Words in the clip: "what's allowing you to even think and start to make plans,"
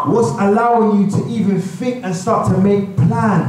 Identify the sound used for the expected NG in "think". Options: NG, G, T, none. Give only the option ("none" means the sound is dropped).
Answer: none